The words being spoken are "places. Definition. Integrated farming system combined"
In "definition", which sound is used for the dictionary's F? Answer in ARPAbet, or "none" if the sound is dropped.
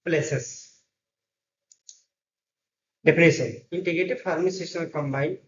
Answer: P